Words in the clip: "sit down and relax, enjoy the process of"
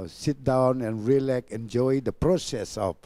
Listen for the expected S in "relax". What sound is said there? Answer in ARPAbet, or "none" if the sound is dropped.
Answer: none